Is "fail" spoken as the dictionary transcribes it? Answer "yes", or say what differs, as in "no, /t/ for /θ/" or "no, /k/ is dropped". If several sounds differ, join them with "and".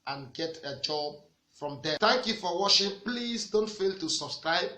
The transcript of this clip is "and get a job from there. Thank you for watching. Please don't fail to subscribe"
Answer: yes